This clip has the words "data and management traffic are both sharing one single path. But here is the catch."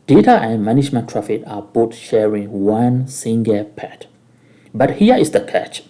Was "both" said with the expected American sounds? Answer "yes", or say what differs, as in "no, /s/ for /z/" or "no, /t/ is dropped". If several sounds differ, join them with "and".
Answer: no, /t/ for /θ/